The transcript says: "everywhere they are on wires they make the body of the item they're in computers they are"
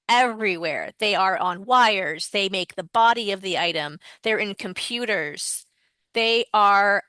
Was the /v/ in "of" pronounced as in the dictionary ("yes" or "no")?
yes